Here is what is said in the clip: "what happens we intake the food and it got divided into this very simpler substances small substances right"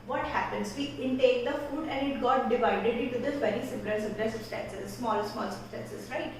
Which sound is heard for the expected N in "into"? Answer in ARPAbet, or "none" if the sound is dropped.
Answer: none